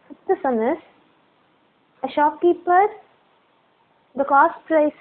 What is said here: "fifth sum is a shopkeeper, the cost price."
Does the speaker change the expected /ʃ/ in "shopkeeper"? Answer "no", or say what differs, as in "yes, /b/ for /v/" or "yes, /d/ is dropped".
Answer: no